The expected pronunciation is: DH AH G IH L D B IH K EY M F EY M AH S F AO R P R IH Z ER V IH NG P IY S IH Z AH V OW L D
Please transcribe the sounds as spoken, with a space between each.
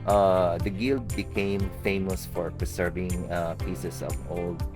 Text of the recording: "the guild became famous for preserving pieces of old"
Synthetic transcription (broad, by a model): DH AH G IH L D B IH K EY M F EY M AH S F AO R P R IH S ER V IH NG P IY S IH S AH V OW L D